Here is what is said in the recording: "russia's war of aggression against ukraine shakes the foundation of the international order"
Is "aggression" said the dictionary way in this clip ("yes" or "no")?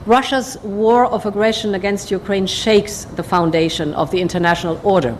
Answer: yes